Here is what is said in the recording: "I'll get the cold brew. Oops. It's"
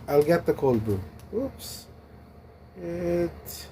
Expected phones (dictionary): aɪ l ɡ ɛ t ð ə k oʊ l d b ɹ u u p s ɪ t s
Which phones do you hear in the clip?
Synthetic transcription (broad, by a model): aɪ l ɡ ɛ t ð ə k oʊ l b u u p s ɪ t